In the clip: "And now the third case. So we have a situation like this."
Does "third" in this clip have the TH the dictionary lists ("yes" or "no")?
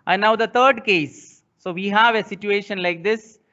no